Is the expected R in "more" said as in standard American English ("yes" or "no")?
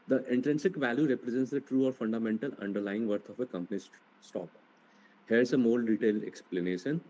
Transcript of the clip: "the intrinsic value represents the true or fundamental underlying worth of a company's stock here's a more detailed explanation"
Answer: no